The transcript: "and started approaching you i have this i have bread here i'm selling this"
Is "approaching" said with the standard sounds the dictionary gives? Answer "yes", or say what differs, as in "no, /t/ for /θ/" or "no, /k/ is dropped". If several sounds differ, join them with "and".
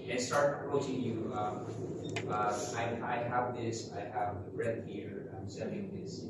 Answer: no, /p/ is dropped